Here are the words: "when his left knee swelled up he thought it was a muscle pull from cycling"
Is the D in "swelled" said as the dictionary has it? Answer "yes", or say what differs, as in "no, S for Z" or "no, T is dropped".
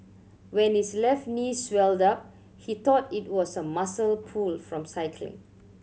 yes